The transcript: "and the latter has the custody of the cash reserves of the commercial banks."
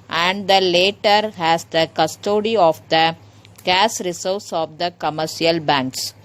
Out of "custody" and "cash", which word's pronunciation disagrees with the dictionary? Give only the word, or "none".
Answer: cash